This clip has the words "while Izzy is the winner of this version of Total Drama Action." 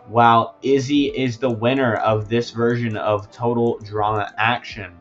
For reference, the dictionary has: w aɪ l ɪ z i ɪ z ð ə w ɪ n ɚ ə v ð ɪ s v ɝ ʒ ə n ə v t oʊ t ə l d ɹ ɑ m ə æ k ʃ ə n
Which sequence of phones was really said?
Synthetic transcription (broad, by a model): w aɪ l ɪ z i ɪ z ð ə w ɪ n ɚ ə v ð ɪ s v ɝ ʒ ə n ə v t oʊ t l d ɹ ɑ m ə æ k ʃ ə n